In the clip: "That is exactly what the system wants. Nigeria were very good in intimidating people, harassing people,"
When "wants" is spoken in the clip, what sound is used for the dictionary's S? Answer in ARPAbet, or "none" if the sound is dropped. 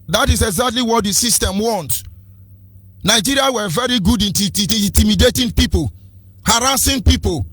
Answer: none